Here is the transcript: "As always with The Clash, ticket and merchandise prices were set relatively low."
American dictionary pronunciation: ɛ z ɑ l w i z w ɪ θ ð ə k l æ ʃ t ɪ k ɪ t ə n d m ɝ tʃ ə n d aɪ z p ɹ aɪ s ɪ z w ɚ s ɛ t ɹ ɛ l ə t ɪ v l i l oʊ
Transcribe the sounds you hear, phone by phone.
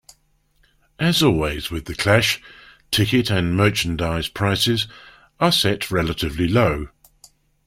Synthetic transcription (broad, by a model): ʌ z ɑ l w i z w ɪ ð ə k l æ ʃ t ɪ k ɪ t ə n m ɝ tʃ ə n d aɪ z p ɹ aɪ s ɪ z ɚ s ɛ t ɹ ɛ l ə t ɪ v l i l oʊ